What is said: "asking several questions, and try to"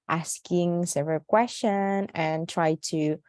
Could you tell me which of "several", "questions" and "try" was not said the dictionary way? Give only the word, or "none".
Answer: questions